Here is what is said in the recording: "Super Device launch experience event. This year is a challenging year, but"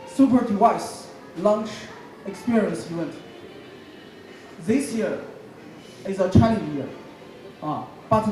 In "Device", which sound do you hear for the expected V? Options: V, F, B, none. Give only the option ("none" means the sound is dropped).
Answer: none